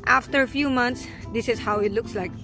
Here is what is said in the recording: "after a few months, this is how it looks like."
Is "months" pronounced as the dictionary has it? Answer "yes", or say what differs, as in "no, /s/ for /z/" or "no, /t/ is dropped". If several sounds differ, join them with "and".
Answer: no, /t/ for /θ/